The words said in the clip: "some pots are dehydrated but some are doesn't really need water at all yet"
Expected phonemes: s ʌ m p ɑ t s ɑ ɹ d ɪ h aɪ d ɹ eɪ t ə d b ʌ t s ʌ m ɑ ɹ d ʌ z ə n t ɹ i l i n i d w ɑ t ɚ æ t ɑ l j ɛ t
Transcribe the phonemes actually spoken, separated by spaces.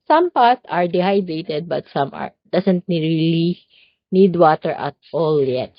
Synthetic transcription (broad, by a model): s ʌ m p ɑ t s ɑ ɹ d ɪ h aɪ d ɹ eɪ t ə d b ʌ t s ʌ m ɑ ɹ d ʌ s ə n t ɹ i l i n i d w ɑ t ɚ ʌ t ɑ l j ɛ t